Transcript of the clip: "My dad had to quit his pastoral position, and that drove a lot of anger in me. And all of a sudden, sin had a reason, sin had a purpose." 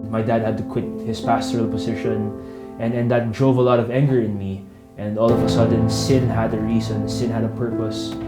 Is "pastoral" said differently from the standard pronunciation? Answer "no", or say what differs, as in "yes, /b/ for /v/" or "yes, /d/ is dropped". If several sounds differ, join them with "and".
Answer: no